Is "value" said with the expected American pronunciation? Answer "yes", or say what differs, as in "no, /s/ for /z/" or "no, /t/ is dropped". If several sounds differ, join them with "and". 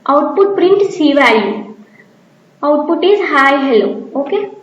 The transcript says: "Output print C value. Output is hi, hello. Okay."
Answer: no, /l/ is dropped